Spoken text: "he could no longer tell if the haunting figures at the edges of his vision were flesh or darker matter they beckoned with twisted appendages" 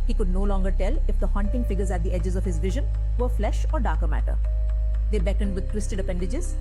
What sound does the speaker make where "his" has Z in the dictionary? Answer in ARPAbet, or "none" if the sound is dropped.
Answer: Z